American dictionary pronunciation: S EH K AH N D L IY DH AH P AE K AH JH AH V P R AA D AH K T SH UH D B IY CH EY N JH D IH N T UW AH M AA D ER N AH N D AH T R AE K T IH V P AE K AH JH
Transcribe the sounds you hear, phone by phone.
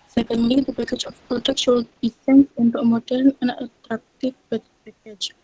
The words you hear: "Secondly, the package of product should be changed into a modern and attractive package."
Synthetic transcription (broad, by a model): S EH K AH N D L IY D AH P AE K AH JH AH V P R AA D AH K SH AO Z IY S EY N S IH N T UW AH M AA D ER N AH N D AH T R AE K T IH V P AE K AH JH